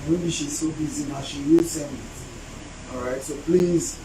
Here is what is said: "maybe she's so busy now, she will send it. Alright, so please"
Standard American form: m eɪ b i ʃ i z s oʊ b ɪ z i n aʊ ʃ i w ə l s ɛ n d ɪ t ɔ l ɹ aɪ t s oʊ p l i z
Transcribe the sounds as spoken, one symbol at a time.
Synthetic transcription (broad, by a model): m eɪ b i ʃ i z s oʊ b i z i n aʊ ʃ i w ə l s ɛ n ɪ t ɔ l ɹ aɪ t s oʊ p l i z